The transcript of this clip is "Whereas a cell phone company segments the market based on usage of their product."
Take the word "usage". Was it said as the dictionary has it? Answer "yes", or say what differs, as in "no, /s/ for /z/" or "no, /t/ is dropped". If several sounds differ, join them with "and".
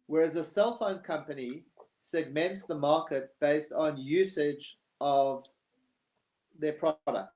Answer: yes